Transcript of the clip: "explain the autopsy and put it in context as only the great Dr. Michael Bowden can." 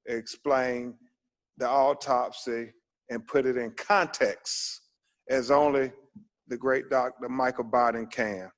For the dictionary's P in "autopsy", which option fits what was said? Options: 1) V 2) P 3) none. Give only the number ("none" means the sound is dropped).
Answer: 2